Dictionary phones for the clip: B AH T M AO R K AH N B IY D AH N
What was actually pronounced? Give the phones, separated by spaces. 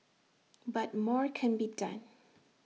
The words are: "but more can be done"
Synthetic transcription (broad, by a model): B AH T M AO R K AH N B IY D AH N